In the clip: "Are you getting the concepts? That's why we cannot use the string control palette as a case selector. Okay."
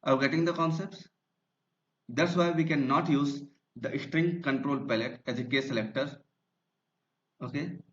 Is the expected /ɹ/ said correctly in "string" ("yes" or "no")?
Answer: yes